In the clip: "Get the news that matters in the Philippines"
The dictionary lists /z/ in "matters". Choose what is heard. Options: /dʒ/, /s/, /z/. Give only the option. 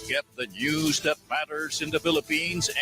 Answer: /z/